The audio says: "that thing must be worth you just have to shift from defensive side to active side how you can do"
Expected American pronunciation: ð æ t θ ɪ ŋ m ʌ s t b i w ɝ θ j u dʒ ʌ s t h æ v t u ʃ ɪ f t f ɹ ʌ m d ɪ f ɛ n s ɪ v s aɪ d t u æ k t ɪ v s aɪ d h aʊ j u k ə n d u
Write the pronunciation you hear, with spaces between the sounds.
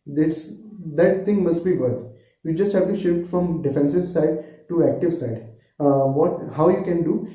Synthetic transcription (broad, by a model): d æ t t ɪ ŋ m ʌ s t b i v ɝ t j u dʒ ʌ s t h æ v t u ʃ ɪ f t f ɹ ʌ m d ɪ f ɛ n s ɪ v s aɪ d t u æ k t ɪ v s aɪ d h aʊ j u k ə n d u